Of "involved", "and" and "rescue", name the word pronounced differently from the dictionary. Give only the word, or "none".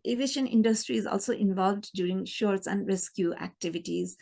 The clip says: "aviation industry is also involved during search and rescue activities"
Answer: none